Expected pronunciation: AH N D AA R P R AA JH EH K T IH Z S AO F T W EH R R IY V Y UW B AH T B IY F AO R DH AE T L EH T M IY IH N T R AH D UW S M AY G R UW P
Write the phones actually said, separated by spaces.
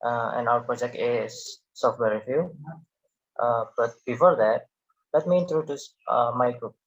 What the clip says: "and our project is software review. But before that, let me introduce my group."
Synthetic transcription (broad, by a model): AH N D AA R P R AA JH EH K T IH S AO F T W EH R R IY F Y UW B AH T B IY F AO R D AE T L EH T M IY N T R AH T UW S M AY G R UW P